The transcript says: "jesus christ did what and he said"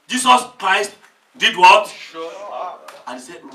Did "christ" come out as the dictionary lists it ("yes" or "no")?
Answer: yes